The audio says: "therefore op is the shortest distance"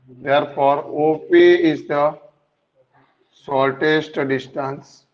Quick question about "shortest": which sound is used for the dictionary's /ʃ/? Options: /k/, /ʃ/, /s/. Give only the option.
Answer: /s/